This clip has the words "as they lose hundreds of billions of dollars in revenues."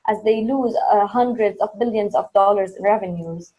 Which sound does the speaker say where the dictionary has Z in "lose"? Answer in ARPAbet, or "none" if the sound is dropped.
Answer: Z